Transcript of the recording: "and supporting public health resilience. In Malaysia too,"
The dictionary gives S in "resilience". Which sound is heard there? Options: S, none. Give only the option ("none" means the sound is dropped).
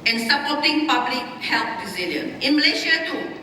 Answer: none